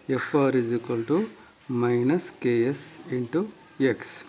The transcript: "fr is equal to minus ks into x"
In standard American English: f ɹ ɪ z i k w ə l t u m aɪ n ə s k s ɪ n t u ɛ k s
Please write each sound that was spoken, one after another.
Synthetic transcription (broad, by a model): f ɹ ɪ z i k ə l t u m aɪ n ə s k s ɪ n t u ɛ k s